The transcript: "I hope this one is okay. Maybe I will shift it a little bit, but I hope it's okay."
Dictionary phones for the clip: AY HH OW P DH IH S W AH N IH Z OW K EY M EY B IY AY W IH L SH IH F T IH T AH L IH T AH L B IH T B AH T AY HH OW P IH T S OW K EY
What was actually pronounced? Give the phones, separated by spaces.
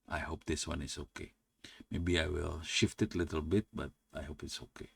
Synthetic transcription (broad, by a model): AY HH OW P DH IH S W AH N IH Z OW K EY M EY B IY AY W IH L SH IH F T IH T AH L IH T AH L B IH T B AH T AY HH OW P IH T S OW K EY